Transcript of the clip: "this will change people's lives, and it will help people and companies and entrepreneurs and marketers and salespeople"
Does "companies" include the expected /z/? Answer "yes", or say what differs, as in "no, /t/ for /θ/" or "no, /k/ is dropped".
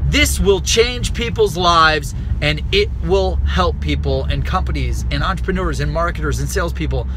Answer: yes